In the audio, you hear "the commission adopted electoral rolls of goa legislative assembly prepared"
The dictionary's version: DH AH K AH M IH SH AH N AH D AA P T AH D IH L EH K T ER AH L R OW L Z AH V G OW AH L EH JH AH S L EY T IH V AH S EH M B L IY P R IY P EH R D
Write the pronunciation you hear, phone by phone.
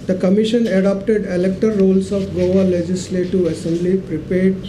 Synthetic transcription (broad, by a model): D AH K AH M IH SH AH N AH D AA P T AH D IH L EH K T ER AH R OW L S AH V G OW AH L EH JH AH S L EY T IH V AH S EH M B L IY P R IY P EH R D